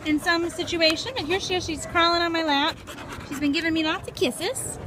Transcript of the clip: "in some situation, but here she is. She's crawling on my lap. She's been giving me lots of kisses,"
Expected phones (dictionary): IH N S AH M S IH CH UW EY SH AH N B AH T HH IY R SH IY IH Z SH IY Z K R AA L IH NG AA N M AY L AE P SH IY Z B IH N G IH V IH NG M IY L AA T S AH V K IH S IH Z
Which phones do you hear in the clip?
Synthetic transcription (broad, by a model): IH N S AH M S IH CH UW EY SH AH N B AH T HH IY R SH IY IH SH IY Z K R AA L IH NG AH N M AY L AE P SH IY Z B IH N G IH V IH NG M IY N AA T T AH K IH S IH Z